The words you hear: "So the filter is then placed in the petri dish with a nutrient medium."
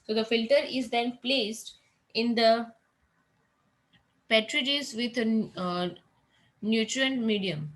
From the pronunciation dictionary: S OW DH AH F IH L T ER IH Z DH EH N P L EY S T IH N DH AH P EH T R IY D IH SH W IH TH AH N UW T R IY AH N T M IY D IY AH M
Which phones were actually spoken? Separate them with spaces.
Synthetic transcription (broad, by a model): S OW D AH F IH L T ER IH Z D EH N P L EY S T IH N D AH P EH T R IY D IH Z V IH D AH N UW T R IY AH N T M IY D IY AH M